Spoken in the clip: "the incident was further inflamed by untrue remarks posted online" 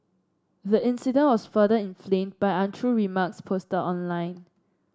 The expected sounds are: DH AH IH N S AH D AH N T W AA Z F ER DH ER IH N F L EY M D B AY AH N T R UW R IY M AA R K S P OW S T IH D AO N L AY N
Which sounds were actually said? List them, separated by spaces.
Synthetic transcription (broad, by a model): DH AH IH N S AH D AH N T W AA S F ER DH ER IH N F L EY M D B AY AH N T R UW R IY M AA K S P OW S T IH AO N L AY N